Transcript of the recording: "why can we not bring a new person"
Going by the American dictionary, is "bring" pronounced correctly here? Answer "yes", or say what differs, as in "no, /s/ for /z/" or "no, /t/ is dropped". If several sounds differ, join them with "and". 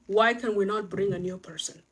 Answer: yes